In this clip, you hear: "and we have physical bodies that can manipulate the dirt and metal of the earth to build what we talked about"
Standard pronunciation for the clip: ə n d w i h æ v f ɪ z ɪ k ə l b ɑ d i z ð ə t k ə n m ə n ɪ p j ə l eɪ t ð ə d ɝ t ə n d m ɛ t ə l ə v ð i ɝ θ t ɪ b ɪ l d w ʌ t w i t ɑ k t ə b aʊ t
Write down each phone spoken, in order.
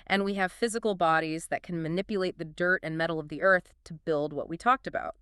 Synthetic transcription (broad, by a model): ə n w i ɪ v f ɪ z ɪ k l b ɑ d i z ð ə t k ə n m ə n ɪ p j ə l eɪ t ð ə d ɝ t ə n m ɛ t l ə v ð i ɝ θ t ɪ b ɪ l d w ʌ t w i t ɑ k t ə b aʊ t